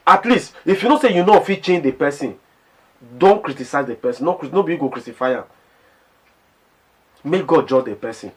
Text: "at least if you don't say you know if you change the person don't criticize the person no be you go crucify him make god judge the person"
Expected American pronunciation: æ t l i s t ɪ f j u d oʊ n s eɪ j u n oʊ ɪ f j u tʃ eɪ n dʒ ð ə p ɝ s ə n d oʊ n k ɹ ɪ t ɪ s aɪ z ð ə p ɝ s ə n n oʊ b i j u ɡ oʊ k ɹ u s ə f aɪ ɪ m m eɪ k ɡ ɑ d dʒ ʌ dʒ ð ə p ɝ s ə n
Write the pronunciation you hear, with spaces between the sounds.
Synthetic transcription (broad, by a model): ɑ t l i s t ɪ f j u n oʊ s eɪ j u n oʊ f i tʃ eɪ n dʒ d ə p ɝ s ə n d oʊ n k ɹ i t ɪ s aɪ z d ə p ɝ s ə n n oʊ b i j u ɡ oʊ k ɹ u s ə f aɪ ɪ m m eɪ k ɡ ɑ d dʒ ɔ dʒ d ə p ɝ s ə n